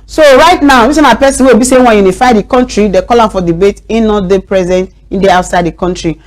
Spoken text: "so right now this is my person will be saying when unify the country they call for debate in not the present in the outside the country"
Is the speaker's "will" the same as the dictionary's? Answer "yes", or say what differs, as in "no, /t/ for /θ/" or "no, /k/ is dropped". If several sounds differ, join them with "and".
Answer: no, /w/ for /l/